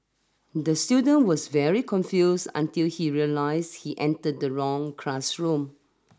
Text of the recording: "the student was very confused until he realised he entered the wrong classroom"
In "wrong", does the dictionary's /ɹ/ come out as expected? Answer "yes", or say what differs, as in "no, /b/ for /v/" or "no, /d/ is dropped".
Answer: yes